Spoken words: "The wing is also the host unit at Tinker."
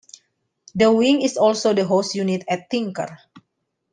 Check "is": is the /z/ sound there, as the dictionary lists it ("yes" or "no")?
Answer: no